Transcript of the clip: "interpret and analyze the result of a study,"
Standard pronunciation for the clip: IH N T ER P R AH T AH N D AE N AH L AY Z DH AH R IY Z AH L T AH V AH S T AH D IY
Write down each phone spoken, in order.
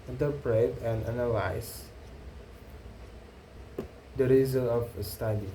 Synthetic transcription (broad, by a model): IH N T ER P R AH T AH N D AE N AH L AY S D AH R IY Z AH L AH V AH S T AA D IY